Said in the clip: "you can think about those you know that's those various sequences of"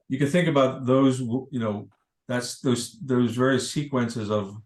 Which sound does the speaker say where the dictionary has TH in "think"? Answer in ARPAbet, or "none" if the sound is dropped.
TH